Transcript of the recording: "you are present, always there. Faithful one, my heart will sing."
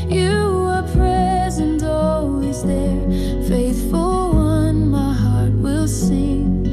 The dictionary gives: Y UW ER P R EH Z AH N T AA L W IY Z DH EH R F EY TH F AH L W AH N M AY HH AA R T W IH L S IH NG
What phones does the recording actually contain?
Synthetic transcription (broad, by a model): Y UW ER P R EH Z AH N T AA L W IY Z DH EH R F EY TH F AH L W AH N M AY HH AA R T W IH L S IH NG